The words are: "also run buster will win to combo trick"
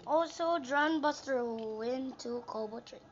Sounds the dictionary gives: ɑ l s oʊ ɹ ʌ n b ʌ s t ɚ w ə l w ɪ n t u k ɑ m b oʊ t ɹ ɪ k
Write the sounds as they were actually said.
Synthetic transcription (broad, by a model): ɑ l s oʊ ɹ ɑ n b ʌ s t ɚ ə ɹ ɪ n t u k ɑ b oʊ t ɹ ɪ